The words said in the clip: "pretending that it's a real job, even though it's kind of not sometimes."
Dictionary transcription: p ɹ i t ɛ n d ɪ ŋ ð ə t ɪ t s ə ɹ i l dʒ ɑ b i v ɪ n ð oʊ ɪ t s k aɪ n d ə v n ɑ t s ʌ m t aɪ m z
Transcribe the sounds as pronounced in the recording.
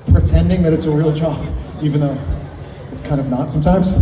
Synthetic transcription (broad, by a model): p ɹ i t ɛ n d ɪ ŋ ð ə t ɪ t s ə ɹ i l tʃ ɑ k i v ɪ n ð oʊ ɪ t s k aɪ n d ə v n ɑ t s ʌ m t aɪ m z